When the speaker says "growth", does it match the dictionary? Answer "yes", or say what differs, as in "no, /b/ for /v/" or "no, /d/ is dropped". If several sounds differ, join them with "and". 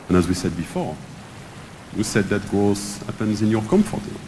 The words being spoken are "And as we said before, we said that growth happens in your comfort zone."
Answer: no, /ɹ/ is dropped and /s/ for /θ/